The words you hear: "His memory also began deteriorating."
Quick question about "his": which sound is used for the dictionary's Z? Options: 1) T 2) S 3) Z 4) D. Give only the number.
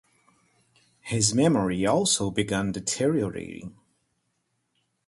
3